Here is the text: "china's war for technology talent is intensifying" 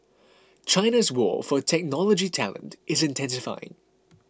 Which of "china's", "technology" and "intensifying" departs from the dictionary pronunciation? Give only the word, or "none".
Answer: none